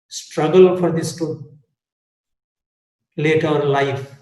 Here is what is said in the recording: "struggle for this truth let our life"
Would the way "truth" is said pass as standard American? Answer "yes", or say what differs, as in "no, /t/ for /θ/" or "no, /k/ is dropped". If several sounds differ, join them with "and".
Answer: no, /ɹ/ is dropped